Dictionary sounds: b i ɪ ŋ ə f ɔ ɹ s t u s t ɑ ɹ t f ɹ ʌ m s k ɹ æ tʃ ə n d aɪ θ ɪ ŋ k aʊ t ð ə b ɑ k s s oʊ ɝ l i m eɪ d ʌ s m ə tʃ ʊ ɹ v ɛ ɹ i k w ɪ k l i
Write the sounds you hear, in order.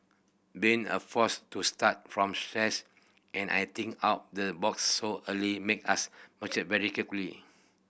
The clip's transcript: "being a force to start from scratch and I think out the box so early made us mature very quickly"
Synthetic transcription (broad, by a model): b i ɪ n ə f ɔ s t u s t ɑ t f ɹ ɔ m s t ɹ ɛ s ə n aɪ t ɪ ŋ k aʊ t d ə b ɑ k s s oʊ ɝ l i m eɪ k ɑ s m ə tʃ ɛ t v ɛ ɹ i k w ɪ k l i